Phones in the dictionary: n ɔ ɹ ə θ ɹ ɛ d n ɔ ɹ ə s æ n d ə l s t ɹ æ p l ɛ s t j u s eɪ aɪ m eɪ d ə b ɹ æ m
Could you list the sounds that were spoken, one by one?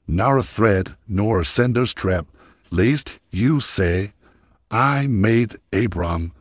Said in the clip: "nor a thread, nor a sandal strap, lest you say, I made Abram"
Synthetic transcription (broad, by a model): n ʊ ɹ ə θ ɹ ɛ d n ɔ ɹ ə s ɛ n d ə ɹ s t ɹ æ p l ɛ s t j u s eɪ aɪ m eɪ d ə b ɹ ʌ m